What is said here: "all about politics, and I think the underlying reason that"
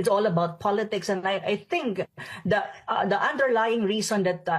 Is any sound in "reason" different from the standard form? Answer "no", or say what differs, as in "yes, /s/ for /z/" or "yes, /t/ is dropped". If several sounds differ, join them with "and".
yes, /s/ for /z/